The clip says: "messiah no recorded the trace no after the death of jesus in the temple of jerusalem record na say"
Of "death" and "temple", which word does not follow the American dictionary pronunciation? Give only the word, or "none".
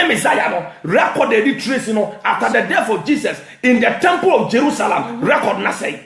death